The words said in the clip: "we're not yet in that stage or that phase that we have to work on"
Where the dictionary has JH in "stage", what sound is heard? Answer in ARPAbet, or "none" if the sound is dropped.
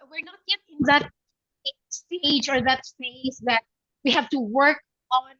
JH